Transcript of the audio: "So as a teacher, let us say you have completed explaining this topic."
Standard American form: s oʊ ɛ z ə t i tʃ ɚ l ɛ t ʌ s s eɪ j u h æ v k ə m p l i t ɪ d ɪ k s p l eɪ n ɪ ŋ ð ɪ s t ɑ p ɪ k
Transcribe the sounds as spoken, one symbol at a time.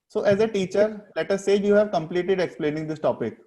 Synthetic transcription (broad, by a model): s oʊ ɛ z ə t i tʃ ɚ l ɛ t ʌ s s eɪ j u h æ v k ə m p l i t ɪ d ɪ k s p l eɪ n ɪ ŋ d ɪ s t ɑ p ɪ k